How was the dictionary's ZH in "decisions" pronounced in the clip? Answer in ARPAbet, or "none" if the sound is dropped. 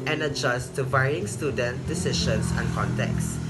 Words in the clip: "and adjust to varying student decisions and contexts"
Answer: SH